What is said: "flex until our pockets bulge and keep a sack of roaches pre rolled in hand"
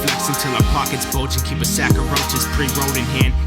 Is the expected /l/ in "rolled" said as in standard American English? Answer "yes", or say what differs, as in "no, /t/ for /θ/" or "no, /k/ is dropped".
no, /l/ is dropped